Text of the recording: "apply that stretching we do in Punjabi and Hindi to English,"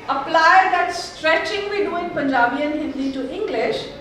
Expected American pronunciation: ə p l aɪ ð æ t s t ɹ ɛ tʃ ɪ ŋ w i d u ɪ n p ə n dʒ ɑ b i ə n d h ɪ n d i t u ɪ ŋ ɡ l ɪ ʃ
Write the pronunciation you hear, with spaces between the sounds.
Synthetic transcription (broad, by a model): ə p l aɪ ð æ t s t ɹ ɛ tʃ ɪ ŋ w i d u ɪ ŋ p ə n dʒ ɑ b i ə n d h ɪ l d t u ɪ ŋ ɡ l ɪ ʃ